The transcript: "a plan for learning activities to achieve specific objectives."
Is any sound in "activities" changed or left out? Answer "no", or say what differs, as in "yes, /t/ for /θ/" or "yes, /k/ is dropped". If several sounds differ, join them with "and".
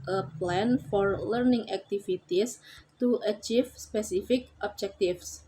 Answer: yes, /s/ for /z/